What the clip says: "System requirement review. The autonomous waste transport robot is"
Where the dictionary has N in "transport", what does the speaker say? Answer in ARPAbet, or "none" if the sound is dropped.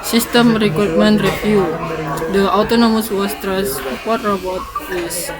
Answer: none